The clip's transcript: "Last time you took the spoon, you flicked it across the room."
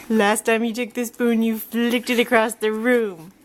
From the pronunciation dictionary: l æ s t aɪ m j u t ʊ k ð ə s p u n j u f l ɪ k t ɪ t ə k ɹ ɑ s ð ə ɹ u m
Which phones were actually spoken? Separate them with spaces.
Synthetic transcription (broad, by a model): l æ s t aɪ m j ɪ t ʊ k ð ə s b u n j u f l ɪ k t ɪ t ə k ɹ ɑ s ð ə ɹ u m